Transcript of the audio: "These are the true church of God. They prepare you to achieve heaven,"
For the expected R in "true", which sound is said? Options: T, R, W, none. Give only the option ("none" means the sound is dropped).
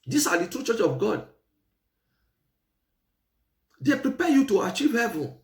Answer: R